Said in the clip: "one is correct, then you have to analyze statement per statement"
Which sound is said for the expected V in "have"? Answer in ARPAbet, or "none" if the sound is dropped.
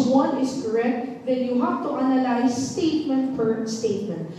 P